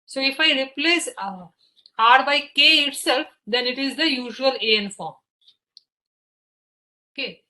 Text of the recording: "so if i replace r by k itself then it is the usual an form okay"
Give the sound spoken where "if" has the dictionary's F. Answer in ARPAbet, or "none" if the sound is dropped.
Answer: F